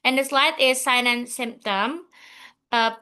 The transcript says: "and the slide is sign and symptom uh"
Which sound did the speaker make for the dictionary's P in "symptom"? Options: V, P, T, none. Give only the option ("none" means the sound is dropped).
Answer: P